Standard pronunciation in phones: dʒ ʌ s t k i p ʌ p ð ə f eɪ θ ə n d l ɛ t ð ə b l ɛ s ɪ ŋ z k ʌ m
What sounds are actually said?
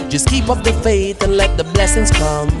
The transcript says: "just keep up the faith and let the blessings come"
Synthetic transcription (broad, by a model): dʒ ʌ s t k i p ʌ p ð ə f eɪ θ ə n l ɛ t ð ə b l ɛ s ɪ ŋ z k ʌ m